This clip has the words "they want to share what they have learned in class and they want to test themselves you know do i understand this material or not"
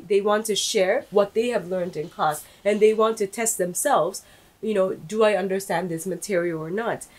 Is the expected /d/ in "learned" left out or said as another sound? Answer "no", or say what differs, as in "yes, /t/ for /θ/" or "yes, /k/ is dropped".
no